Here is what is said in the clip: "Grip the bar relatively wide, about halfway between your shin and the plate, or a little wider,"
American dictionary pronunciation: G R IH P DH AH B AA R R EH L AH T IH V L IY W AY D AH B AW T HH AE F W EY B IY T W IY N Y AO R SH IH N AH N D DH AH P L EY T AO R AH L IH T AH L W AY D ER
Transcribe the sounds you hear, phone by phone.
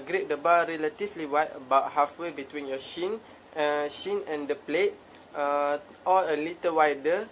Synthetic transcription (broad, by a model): G R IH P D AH B AA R R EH L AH T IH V L IY W AY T AH B AW T HH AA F W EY B IY T W IY N Y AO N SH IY N AH N D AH P L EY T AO L AH L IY T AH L W AY D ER